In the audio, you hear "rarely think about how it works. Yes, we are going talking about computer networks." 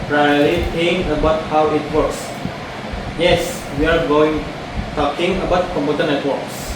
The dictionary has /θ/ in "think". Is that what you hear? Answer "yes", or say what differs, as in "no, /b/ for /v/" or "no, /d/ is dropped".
no, /t/ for /θ/